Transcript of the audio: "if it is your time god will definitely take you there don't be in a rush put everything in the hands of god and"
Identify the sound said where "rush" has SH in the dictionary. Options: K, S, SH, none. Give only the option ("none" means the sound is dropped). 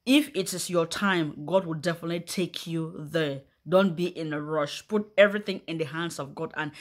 SH